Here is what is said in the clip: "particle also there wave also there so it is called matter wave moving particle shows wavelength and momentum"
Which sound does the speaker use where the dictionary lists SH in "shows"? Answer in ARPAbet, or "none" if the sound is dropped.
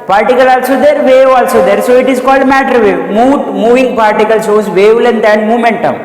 S